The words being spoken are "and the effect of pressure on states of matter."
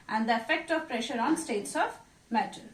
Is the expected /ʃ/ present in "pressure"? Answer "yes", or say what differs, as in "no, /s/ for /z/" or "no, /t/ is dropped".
yes